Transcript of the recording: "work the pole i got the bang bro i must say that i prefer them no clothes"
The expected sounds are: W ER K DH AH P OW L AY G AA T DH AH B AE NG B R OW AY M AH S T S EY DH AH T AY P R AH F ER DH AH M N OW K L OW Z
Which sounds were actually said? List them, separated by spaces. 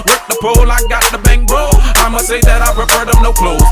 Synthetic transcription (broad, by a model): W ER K DH AH P OW L AY G AA T DH AH B AE NG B OW AY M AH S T S EY DH AH T AY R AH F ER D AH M N OW K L OW